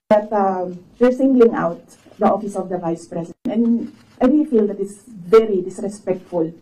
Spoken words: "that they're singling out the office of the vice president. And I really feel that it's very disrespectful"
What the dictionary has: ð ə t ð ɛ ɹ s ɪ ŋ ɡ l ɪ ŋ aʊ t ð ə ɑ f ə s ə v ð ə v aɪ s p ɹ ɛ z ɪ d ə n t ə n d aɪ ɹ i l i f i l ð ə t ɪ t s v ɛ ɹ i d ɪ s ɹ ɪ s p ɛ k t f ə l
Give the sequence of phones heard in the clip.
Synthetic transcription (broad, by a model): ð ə t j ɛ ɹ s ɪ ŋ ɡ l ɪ ŋ aʊ t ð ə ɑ f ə s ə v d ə v aɪ s p ɹ ɛ s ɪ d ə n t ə n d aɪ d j f i l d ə t ɪ t s v ɛ ɹ i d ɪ s ɹ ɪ s p ɛ k t f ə l